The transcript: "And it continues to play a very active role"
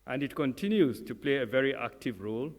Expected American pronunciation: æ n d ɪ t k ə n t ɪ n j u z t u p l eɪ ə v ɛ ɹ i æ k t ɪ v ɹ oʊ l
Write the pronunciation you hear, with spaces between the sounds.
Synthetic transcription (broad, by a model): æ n d ɪ t k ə n t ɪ n j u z t u p l eɪ ə v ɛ ɹ i æ k t ɪ v ɹ oʊ l